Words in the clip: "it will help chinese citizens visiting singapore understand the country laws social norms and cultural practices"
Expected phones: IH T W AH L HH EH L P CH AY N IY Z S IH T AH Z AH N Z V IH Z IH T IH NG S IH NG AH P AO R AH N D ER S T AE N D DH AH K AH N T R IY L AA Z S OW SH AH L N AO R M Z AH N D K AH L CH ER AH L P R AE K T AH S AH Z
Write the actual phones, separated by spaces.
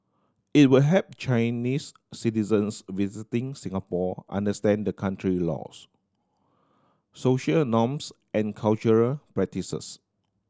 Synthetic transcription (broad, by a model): IH T W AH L HH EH P CH AY N IY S S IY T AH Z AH N S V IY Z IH T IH NG S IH NG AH P AO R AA N D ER S T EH N D AH K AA N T R IY L AA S S OW SH AH L N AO M S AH N K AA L CH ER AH L P R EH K T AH S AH S